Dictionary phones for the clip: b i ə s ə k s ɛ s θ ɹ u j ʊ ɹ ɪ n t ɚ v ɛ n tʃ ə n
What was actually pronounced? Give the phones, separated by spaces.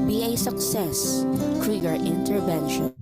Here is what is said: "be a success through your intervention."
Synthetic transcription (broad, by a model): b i ə s ə k s ɛ s f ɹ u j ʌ ɹ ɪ n t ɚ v ɛ n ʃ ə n